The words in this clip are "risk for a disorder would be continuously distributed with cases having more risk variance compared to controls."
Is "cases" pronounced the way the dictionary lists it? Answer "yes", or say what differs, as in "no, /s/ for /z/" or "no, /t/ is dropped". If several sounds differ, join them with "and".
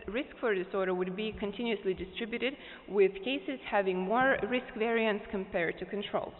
yes